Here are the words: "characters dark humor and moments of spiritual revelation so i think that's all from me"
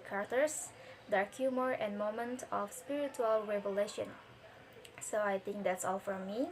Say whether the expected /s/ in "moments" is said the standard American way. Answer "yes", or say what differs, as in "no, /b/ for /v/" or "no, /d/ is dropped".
no, /s/ is dropped